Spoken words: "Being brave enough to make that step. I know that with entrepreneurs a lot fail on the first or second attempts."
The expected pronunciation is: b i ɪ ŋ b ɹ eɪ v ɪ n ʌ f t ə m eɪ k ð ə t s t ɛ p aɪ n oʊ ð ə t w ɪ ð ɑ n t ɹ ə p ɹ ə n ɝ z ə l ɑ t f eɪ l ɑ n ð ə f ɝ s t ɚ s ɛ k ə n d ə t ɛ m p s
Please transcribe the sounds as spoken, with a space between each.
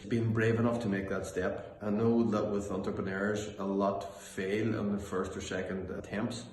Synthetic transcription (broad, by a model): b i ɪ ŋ b ɹ eɪ v ɪ n ʌ f t ə m eɪ k ð ə t s t ɛ p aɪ n oʊ ð ə t w ɪ ð ɑ n t ɹ ə p ɹ ə n ɝ z ə l ɑ t f eɪ l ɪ n ð ə f ɝ s t ɚ s ɛ k ə n d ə t ɛ m p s